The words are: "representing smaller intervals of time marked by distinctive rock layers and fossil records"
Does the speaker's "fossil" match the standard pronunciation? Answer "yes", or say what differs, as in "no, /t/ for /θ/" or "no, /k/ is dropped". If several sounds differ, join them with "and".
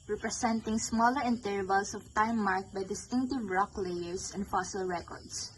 yes